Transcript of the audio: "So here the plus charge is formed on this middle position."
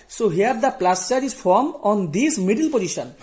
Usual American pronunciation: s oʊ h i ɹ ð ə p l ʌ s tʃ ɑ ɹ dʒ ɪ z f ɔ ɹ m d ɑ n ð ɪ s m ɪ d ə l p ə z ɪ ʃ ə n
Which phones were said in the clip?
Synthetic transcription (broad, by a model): s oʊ h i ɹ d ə p l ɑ s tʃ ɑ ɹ ɪ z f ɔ ɹ m ɑ n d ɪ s m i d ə l p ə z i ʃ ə n